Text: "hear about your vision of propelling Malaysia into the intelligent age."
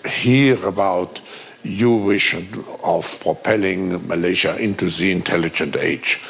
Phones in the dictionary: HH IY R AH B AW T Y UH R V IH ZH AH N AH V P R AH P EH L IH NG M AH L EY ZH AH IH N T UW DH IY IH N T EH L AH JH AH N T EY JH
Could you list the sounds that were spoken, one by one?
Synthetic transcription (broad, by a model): HH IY R AH B AW T Y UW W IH SH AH N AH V P R AH P EH L IH NG M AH L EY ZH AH IH N T UW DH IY IH N T EH L AH JH AH N T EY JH